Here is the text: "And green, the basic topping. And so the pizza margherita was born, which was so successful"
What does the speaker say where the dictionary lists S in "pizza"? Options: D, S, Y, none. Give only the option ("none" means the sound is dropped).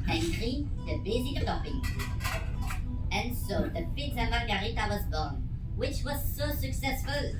none